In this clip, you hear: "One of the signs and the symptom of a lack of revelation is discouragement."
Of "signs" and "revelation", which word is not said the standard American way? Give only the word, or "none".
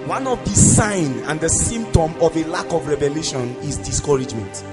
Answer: signs